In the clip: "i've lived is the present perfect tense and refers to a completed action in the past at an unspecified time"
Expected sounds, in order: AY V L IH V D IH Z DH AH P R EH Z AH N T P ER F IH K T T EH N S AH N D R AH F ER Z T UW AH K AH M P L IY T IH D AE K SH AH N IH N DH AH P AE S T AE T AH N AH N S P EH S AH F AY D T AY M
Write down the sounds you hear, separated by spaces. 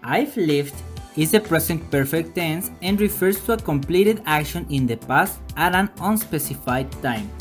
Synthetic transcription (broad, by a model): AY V L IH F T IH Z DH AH P R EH S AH N T P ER F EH K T T EH N S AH N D R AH F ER S T UW AH K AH M P L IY T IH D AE K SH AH N IH N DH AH P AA S T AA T AH N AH N S P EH S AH F AY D T AY M